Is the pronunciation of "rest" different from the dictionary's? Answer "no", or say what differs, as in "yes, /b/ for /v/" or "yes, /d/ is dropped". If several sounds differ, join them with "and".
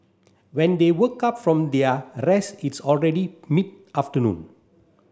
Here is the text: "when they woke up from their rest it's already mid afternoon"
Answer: yes, /t/ is dropped